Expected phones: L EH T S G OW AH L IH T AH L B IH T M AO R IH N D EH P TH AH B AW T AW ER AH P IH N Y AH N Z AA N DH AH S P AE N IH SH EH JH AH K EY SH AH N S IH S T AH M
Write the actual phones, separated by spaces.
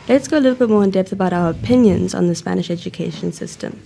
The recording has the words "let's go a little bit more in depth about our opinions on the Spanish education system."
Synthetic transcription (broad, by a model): L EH T S G OW AH L IH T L B IH T M AO R IH N D EH P TH AH B AW T AW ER AH P IH N Y AH N Z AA N DH AH S P AE N IH SH EH JH AH K EY SH AH N S IH S T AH M